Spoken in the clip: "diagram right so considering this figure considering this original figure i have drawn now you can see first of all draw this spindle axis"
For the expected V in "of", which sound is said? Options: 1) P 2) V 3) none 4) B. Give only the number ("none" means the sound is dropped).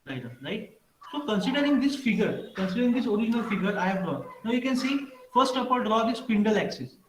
1